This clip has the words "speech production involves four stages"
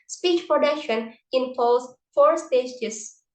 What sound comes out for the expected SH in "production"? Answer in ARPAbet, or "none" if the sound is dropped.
SH